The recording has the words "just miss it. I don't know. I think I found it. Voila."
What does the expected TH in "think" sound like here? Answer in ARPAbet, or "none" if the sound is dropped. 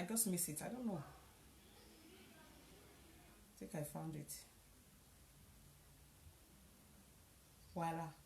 T